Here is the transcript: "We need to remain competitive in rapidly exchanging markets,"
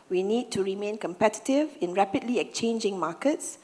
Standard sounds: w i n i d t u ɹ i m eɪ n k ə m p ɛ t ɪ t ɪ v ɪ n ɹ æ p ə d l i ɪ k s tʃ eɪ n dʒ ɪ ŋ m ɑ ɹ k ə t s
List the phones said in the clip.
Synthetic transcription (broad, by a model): w i n i d t u ɹ i m eɪ n k ə m p ɛ t ɪ t ɪ v ɪ n ɹ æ p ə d l i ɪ k tʃ eɪ n dʒ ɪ ŋ m ɑ k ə t s